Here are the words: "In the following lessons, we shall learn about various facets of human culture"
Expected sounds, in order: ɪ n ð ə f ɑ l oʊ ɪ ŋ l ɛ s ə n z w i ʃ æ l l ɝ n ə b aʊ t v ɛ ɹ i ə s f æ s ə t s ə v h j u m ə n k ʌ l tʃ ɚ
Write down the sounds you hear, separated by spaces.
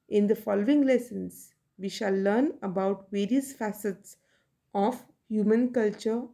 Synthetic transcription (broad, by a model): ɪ n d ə f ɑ l oʊ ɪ ŋ l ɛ s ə n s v i ʃ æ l l ɝ n ə b aʊ t v ɛ ɹ i ə s f æ s ə t s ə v h j u m ə n k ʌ l tʃ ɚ